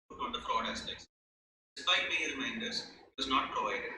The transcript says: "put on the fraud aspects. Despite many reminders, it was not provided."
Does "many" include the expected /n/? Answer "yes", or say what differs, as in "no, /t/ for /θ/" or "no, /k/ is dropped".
no, /n/ is dropped